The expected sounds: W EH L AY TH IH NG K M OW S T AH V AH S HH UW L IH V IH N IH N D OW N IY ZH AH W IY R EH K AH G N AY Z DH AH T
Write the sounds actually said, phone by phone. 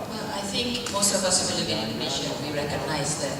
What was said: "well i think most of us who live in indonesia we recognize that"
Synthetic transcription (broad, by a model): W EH L AY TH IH NG K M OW S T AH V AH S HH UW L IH B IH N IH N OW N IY SH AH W IY R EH K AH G N AY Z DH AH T